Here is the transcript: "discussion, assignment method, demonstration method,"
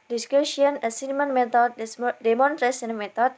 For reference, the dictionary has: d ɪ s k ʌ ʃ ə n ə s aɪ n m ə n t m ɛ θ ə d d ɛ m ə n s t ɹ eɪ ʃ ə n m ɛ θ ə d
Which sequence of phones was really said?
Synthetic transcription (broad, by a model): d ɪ s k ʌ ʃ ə n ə s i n m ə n m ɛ t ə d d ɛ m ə n t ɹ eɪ s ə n m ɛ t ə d